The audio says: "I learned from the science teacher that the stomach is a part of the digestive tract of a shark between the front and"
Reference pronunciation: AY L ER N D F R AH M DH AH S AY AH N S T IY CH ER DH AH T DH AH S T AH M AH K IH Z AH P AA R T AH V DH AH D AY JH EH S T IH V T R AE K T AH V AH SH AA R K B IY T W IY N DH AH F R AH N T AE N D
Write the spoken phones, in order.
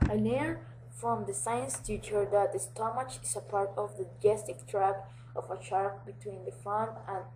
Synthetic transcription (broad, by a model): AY N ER F R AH M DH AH S AY AH N S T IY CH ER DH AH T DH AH S T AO M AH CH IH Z AH P AA R T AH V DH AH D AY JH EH S T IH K T R AE K T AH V AH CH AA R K B IY T W IY N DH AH F AH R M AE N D